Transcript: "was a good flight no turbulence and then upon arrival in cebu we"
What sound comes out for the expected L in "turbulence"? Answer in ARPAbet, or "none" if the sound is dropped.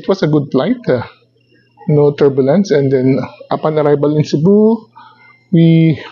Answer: L